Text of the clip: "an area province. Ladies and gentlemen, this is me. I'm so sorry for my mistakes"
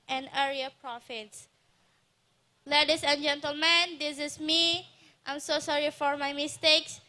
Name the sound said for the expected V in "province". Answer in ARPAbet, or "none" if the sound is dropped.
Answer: F